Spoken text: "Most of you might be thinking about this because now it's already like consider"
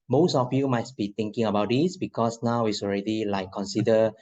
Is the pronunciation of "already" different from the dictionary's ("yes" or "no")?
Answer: no